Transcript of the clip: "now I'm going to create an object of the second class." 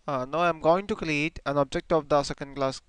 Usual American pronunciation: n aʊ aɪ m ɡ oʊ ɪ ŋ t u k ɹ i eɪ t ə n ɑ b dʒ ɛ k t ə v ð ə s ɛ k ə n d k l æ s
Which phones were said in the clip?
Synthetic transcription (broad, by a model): n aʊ aɪ m ɡ oʊ ɪ ŋ t u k l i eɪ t ə n ɑ b dʒ ɛ k t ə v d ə s ɛ k ə n d k l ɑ s